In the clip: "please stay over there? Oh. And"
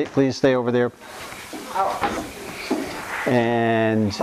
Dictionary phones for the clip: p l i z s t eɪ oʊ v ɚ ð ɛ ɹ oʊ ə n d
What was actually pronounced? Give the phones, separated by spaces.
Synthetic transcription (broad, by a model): p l i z s t eɪ oʊ v ɚ ð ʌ ɹ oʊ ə n